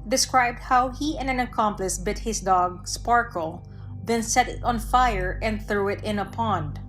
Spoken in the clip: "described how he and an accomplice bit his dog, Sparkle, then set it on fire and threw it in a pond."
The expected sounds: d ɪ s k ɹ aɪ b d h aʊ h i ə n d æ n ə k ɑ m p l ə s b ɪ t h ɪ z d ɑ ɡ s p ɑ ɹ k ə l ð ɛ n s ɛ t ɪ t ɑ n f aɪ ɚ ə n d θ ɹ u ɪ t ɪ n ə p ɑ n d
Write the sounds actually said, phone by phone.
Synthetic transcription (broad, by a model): d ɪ s k ɹ aɪ b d h aʊ h i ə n æ n ə k ɑ m p l ə s b ɪ t h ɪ s d ɑ ɡ s p ɑ ɹ k ə l ð ɛ n s ɛ t ɪ t ɑ n f aɪ ɚ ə n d θ ɹ u ɪ t ɪ n ə p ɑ n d